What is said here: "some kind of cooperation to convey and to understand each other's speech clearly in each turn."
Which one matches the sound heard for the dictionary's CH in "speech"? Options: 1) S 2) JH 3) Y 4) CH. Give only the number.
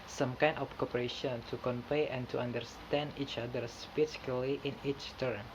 1